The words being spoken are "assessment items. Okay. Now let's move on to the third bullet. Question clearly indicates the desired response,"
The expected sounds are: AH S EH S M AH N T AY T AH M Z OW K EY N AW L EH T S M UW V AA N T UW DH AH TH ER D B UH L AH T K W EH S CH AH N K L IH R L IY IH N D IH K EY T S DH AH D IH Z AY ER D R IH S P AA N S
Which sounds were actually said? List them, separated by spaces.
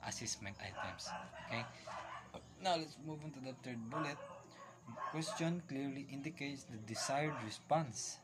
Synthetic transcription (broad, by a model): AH S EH S M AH N T AY T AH M S OW K EY N AW L EH T S M UW V AA N T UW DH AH T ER D B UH L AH T K W EH S CH AH N K L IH R L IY IH N D IH K EY T S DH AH D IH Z AY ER D R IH S P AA N S